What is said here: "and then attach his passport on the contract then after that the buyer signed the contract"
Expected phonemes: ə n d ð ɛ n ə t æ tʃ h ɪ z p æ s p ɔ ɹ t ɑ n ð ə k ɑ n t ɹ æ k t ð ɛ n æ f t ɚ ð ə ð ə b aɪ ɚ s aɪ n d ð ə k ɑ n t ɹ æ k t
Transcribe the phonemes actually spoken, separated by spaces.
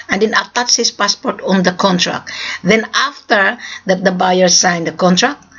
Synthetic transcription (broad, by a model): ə n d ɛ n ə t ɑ s h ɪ s p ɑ s p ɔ ɹ t ɑ n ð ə k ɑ n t ɹ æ k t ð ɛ n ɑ f t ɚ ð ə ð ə b aɪ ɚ s aɪ n d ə k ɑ n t ɹ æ k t